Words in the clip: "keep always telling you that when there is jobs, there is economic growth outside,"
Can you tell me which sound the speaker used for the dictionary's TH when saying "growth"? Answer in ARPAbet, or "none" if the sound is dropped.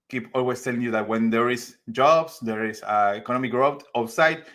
T